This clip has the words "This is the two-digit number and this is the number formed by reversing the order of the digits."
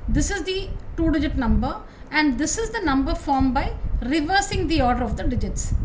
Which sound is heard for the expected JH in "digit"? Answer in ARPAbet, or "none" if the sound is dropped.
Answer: JH